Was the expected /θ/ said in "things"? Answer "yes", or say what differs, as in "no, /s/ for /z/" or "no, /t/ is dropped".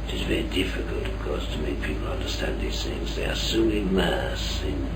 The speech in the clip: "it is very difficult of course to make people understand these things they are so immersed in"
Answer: yes